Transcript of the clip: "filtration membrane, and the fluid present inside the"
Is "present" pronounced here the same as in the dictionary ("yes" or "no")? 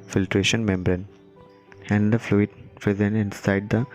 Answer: no